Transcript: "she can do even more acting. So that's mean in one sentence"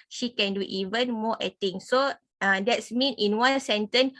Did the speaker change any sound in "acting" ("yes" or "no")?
yes